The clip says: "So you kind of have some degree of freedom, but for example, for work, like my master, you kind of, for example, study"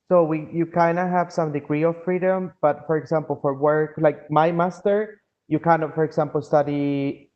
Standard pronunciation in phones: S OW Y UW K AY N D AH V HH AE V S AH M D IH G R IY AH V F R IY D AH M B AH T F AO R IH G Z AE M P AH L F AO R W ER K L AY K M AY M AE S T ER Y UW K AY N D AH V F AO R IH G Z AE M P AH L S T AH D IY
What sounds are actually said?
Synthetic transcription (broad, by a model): S OW Y UW K AY N D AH HH AE V S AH M D IH G R IY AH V F R IY D AH M B AH T F AO R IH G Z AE M P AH L F AO R W ER K L AY K M AY M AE S T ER Y UW K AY N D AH F AO R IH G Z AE M P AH L S T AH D IY